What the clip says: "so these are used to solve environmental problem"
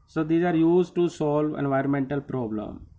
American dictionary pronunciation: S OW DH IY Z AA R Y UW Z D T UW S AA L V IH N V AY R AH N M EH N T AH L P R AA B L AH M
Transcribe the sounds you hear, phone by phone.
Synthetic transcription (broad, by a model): S OW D IY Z AA R Y UW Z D T UW S AA L V IH N V AY R AH N M EH N T AH L P R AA B L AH M